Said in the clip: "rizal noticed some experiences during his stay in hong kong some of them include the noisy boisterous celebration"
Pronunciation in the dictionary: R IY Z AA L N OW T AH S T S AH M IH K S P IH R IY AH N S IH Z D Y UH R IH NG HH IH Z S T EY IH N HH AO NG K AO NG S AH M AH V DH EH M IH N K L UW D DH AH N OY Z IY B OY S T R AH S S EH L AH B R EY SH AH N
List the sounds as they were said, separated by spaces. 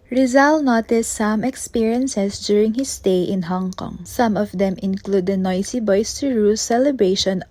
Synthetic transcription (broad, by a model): R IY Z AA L N OW T AH S T S AH M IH K S P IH R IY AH N S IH S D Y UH R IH NG HH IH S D EY IH N HH AO NG K AO NG S AH M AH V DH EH M IH N K L UW D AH N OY S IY B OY S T R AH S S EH L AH B R EY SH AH N